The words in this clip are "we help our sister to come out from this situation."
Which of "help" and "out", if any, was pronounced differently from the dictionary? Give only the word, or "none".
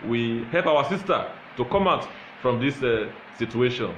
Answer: none